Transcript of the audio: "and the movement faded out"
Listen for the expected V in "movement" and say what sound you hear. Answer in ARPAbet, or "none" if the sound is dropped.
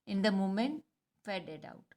none